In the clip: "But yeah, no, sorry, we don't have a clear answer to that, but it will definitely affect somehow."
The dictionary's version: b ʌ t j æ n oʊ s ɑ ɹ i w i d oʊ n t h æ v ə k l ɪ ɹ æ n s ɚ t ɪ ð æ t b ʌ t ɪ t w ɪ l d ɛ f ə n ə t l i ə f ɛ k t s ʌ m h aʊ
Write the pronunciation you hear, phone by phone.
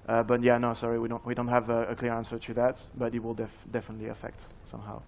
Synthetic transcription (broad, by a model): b ʌ t j æ n oʊ s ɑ ɹ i w i d oʊ n t h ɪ v ə k l ɪ ɹ æ n s ɚ t ɪ ð æ t b ʌ t ɪ t w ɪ l d ɛ f ə n ə t l i ə f ɛ k t s ʌ m h aʊ